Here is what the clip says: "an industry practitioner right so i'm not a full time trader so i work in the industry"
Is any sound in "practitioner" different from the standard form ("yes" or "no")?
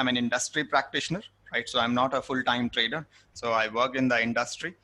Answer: no